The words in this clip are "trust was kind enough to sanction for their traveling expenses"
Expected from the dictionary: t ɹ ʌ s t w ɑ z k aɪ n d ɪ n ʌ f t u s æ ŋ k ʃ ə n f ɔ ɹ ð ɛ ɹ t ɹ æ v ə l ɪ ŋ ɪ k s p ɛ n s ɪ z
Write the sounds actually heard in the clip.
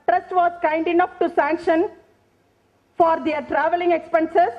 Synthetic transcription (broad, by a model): t ɹ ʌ s t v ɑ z k aɪ n d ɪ n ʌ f t u s æ ŋ k ʃ ə n f ɔ ɹ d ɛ ɹ t ɹ æ v ə l ɪ ŋ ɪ k s p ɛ n s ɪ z